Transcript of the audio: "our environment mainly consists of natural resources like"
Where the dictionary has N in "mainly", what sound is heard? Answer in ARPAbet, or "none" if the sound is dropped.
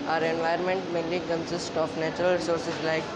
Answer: none